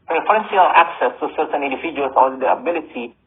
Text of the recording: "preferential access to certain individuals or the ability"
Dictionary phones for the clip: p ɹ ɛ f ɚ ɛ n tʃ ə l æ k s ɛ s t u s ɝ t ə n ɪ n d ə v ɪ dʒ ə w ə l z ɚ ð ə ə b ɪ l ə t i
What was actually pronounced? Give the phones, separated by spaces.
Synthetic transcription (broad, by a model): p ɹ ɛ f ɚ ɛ n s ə l æ k s ɛ s t u s ɝ t ə n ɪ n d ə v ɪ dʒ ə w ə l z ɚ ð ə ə b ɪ l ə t i